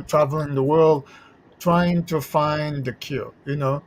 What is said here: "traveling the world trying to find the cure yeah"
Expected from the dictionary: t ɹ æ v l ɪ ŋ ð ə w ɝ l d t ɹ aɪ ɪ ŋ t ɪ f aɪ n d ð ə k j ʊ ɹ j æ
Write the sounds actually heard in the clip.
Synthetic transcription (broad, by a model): t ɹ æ v l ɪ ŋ ð ə w ɝ l d t ɹ aɪ ɪ ŋ t ɪ f aɪ n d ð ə k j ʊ l j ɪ